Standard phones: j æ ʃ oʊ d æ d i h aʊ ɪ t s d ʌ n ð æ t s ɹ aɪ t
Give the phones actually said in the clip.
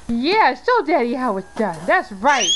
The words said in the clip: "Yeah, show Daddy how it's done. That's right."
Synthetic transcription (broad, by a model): j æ s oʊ d æ d i h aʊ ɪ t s d ʌ n ð æ t s ɹ aɪ t